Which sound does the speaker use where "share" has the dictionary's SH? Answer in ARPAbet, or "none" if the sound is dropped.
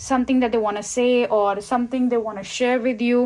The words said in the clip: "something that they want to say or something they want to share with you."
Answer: SH